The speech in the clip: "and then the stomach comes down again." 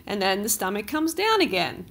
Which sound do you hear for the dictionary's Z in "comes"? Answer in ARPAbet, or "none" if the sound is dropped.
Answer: Z